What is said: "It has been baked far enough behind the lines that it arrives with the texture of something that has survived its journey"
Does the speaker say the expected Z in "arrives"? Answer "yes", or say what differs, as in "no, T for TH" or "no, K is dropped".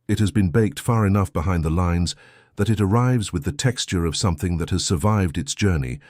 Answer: yes